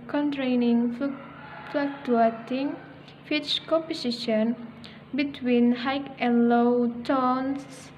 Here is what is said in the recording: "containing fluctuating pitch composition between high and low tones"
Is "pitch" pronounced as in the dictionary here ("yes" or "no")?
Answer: no